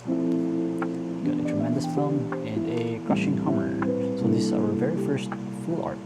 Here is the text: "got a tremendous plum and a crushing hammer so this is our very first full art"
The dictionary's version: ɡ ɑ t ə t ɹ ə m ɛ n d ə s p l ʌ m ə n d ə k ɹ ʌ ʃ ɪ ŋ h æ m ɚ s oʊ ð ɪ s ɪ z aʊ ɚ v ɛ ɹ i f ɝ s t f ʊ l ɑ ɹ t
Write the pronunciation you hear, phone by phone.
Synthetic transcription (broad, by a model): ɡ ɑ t ə t ɹ ə m ɛ n d ə s f l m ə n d ə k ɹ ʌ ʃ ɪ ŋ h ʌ m ɚ s oʊ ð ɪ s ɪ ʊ ɚ v ɛ ɹ i f ɝ s t f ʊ l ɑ ɹ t